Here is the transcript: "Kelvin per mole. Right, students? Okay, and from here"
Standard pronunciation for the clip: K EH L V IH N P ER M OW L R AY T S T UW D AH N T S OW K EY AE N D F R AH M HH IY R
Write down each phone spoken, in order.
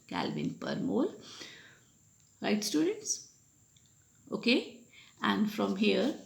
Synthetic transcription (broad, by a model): K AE L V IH N P ER M OW L R AY T S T UW D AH N T S OW K EY AE N D F R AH M HH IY R